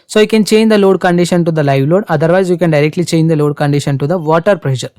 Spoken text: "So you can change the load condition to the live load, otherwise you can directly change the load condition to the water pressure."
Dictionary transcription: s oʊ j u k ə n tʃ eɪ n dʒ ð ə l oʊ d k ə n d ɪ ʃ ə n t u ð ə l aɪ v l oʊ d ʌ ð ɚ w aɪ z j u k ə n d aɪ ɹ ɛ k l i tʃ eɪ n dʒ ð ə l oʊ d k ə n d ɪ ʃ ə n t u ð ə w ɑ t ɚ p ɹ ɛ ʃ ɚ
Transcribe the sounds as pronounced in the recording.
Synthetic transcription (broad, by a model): s oʊ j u k ə n tʃ eɪ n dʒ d ə l oʊ d k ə n d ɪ ʃ ə n t u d ə l aɪ v l oʊ d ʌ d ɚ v aɪ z j u k ə n d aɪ ɹ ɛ k l i tʃ eɪ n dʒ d ə l oʊ d k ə n d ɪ ʃ ə n t u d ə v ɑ t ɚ p ɹ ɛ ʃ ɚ